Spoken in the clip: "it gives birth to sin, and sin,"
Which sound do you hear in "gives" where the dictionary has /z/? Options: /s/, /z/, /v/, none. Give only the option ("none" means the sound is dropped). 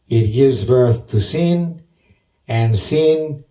/z/